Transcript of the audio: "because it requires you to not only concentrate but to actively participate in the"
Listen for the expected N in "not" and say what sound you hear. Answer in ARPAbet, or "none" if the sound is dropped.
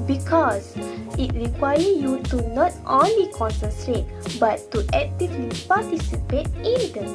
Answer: N